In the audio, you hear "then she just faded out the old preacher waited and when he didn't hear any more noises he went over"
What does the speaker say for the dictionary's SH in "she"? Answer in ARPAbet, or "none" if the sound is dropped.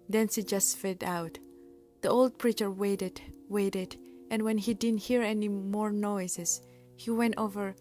S